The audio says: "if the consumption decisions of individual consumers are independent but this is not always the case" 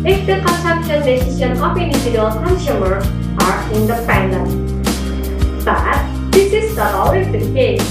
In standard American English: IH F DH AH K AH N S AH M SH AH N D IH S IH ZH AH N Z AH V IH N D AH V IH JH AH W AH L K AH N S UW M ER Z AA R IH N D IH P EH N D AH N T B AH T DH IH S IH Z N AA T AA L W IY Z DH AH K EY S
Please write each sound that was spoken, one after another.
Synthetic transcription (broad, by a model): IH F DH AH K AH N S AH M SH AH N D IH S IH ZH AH N AH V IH N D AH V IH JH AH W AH L K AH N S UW M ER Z AA R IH N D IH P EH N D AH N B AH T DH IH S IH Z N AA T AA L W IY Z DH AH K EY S